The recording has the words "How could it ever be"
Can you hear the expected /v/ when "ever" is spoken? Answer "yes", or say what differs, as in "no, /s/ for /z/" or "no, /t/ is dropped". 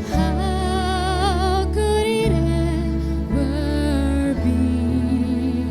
no, /w/ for /v/